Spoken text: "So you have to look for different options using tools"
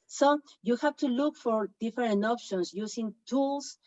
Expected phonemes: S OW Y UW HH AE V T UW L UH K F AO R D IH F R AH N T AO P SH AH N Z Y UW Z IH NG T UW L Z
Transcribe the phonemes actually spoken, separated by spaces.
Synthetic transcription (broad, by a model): S OW Y UW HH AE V T UW L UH K F AO R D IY F R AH N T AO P SH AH N S Y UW S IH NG T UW L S